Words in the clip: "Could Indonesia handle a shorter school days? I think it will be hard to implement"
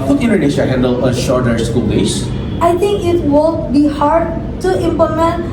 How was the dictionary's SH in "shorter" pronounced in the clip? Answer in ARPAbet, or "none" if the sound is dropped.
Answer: SH